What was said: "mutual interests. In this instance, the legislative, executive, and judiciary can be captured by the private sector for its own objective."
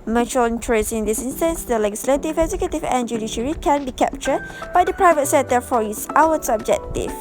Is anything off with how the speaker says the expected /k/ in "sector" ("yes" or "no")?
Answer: yes